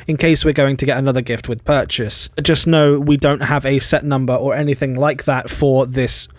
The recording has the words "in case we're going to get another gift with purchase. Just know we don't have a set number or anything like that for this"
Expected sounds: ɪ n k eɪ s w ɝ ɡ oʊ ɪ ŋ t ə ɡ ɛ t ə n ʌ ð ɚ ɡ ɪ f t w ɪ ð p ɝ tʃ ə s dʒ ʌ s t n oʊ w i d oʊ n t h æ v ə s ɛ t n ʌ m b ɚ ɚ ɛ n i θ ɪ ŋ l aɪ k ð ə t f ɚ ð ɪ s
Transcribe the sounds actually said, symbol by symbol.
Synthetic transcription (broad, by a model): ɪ n k eɪ s w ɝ ɡ oʊ ɪ ŋ t ə ɡ ɛ t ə n ʌ ð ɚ ɡ ɪ f t w ɪ ð p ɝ tʃ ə s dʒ ʌ s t n oʊ w i d oʊ n t h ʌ v ə s ɛ t n ʌ m b ɚ ɚ ɛ n i θ ɪ ŋ l aɪ k ð ə t f ɚ ð ɪ s